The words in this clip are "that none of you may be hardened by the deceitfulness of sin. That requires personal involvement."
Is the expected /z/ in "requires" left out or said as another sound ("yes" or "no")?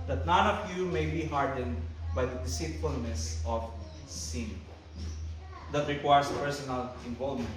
yes